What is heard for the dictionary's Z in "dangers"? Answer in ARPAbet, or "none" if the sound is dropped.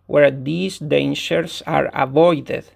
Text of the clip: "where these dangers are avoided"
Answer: S